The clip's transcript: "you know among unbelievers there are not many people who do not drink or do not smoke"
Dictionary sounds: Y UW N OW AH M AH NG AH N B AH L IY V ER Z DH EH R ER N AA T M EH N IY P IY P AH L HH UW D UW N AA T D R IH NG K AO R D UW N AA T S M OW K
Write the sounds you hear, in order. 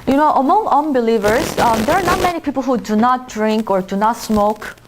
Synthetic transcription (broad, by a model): Y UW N OW AH M AH NG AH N B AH L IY V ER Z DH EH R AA N AA T M EH N IY P IY P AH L HH UW D UW N AA T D R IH NG K AO R D UW N AA T S M OW K